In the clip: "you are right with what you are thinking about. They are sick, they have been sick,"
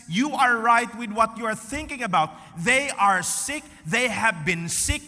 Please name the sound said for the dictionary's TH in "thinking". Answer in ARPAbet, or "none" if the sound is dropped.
TH